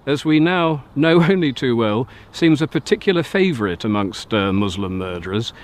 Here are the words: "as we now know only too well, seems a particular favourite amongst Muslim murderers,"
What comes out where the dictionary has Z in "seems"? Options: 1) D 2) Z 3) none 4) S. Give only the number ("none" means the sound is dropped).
2